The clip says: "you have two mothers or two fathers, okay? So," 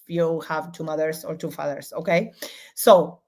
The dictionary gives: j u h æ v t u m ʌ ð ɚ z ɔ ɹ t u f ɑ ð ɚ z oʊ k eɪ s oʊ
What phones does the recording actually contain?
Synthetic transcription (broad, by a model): j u h æ v t u m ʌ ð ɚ s ɔ ɹ t u f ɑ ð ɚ s oʊ k eɪ s oʊ